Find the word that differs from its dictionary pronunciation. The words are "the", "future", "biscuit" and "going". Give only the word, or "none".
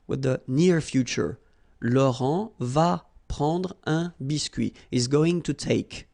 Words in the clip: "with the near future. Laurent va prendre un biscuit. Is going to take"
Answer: biscuit